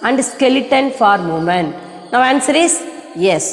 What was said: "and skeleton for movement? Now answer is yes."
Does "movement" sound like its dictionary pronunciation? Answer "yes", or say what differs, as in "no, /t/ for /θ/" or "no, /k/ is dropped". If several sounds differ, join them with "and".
no, /v/ is dropped